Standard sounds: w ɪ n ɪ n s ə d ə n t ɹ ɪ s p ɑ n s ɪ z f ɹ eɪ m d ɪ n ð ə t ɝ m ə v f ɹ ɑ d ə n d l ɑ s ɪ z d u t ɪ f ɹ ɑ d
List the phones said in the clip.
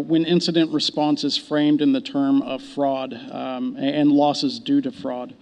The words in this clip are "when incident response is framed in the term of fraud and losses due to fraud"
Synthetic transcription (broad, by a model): w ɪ n ɪ n s ə d ə n t ɹ ɪ s p ɑ n s ɪ z f ɹ eɪ m d ɪ n ð ə t ɝ m ə v f ɹ ɑ d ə n l ɑ s ɪ z d u t ɪ f ɹ ɑ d